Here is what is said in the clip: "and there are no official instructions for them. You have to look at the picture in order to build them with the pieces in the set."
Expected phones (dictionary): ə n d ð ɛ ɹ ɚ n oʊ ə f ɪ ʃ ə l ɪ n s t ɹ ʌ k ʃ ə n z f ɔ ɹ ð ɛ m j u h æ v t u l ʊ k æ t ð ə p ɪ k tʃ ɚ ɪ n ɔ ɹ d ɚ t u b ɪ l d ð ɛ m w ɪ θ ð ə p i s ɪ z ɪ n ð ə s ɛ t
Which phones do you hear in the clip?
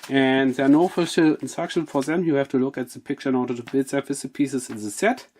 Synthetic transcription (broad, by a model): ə n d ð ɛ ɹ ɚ n oʊ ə f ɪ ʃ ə l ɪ n s t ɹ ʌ k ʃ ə n f ɔ ɹ ð ɛ m j u h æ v t u l ʊ k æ t ð ə p ɪ k tʃ ɚ ɪ n ɔ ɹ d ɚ t u b ɪ l d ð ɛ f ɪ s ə p i s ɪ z ɪ n ð ə s ɛ t